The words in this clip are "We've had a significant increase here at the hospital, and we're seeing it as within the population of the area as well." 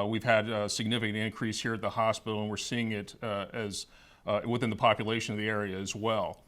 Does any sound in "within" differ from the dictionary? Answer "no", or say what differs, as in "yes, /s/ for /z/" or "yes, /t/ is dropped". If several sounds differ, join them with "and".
no